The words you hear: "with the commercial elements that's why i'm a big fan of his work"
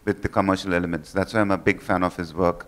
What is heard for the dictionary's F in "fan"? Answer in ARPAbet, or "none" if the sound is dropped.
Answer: F